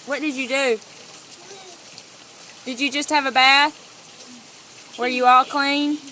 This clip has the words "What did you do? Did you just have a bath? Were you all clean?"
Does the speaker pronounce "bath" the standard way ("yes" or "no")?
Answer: yes